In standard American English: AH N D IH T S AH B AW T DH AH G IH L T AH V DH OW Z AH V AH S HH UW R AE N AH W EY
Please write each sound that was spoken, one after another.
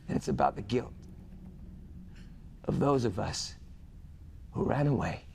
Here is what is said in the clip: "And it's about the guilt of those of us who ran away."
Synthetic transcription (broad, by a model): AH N IH T S AH B AW T DH AH G IH L T AH V DH OW Z AH V AH S HH UW R AE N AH W EY